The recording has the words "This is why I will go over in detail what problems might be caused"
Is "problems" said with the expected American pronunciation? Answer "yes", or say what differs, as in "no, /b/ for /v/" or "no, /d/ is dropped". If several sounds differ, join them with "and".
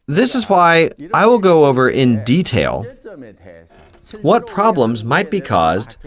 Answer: yes